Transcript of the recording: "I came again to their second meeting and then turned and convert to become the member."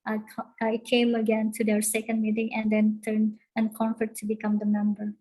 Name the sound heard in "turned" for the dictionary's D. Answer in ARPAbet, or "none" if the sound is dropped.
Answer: none